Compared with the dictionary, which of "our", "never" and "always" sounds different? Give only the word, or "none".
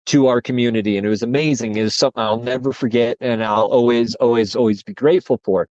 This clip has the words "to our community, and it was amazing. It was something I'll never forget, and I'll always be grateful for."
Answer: none